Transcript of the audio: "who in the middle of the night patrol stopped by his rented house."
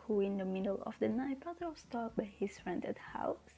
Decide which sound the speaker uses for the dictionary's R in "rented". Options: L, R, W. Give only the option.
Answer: R